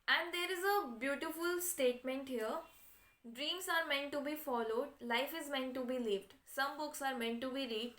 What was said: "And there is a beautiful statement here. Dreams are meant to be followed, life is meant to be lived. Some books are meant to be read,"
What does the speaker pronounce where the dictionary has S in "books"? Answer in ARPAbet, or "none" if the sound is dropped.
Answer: S